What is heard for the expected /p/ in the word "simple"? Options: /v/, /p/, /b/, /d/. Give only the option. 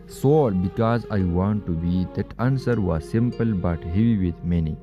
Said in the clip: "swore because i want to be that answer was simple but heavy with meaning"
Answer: /p/